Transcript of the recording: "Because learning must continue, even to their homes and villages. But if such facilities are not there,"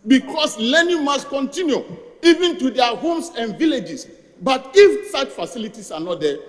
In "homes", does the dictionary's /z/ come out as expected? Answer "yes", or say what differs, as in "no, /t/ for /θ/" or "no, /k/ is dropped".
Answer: no, /s/ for /z/